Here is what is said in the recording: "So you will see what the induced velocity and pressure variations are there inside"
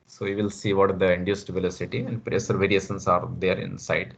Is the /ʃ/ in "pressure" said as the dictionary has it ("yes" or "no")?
no